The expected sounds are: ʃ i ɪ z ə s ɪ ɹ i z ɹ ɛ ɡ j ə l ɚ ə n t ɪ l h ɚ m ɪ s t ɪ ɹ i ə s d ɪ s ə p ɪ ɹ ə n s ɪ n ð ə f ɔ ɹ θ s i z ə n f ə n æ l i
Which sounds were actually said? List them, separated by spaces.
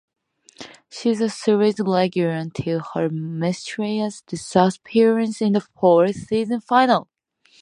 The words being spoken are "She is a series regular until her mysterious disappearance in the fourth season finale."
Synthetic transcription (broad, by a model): ʃ i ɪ z ə s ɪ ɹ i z l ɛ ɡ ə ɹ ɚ ə n t ɪ l h ɚ m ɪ s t ɹ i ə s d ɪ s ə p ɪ ɹ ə n s ɪ n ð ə f ɔ ɹ θ s i z ə n f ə n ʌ l